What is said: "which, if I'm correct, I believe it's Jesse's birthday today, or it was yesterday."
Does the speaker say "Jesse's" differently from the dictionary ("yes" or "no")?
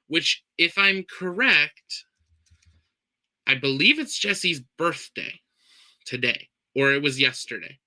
no